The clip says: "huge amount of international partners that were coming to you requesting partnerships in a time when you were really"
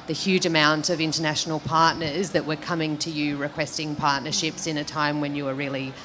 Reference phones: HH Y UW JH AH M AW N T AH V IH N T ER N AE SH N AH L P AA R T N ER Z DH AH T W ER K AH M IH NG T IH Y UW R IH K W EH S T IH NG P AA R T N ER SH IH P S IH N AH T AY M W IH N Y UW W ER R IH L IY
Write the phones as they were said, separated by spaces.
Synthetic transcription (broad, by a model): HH Y UW JH AH M AW N T AH V IH N T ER N AE SH N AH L P AA R T N ER Z DH AH T W ER K AH M IH NG T IH Y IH R IH K W EH S T IH NG P AA R T N ER SH IH P S IH N AH T AY M W IH N Y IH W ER R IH L IY